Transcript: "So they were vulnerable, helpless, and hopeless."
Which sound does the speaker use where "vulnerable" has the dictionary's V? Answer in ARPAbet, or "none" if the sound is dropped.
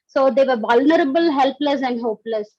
V